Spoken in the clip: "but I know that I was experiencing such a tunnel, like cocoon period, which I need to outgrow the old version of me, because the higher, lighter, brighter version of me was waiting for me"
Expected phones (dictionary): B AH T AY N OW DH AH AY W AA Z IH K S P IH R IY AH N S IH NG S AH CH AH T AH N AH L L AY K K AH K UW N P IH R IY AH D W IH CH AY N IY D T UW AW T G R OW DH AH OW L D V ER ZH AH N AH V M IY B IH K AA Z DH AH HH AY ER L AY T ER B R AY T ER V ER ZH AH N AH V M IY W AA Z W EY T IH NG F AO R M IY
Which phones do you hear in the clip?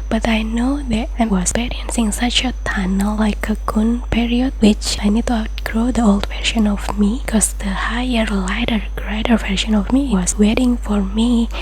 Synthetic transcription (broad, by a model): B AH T AY N OW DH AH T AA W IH S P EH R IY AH N S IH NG S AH CH AH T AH N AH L L AY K K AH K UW N P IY R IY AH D W IH CH AY N IY D T UW AW T G R OW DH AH OW L D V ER SH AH N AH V M IY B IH K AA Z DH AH HH AY ER L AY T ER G R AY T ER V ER SH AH N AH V M IY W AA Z W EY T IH NG F AO R M IY